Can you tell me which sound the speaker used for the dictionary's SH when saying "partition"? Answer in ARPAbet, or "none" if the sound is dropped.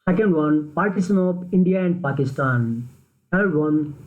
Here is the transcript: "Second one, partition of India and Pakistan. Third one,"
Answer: S